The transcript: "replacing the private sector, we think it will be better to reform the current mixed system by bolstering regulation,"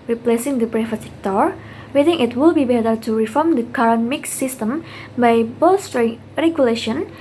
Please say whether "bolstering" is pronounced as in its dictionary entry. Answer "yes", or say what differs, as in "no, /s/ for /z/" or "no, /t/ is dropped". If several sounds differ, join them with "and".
no, /l/ is dropped